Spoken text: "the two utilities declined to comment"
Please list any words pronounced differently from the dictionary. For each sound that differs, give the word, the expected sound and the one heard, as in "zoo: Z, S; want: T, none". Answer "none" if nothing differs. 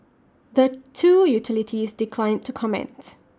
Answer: none